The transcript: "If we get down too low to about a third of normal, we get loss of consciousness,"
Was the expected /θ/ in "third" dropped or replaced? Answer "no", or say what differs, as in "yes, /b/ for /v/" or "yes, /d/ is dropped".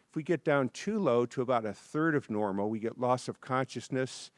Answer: no